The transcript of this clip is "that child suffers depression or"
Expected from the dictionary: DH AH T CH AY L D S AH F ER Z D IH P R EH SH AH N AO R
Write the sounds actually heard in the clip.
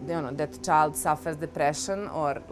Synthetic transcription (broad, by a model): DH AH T CH AY L D S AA F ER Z D IH P R EH SH AH N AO R